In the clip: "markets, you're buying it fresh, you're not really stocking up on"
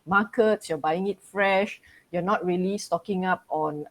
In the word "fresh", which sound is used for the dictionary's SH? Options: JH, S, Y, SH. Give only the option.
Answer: SH